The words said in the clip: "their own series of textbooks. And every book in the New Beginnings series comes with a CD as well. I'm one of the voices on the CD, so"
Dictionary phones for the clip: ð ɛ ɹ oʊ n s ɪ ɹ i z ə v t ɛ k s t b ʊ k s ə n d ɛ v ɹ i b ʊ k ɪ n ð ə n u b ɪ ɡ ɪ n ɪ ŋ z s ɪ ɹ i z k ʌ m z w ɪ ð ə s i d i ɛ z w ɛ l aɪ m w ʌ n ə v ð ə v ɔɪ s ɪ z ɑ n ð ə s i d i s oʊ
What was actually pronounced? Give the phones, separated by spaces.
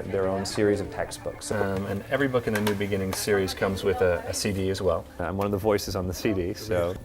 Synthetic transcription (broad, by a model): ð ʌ ɹ oʊ n s ɪ ɹ i z ə v t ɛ k s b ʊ k s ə n ɛ v ɹ i b ʊ k ɪ n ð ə n u b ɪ ɡ ɪ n ɪ ŋ s ɪ ɹ i z k ʌ m z w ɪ ð ə s i d i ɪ z w ɛ l aɪ m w ʌ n ə v ð ə v ɔɪ s ɪ z n ð ə s i d i s oʊ